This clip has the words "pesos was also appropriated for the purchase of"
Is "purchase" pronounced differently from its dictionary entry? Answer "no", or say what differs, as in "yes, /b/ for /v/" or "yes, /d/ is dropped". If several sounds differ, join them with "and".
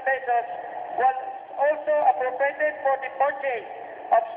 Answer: yes, /s/ is dropped